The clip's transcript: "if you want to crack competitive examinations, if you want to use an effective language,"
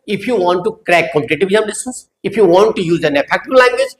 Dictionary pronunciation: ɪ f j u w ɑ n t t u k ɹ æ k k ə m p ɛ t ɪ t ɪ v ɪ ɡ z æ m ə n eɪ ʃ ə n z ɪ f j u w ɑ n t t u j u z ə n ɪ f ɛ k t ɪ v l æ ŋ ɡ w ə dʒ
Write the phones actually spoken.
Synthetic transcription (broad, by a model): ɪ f j u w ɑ n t t u k ɹ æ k k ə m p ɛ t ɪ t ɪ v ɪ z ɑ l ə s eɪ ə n s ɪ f j u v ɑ n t t u j u z ə n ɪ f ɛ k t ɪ b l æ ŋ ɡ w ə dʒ